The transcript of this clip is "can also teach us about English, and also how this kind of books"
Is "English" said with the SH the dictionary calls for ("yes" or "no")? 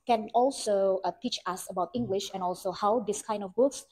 yes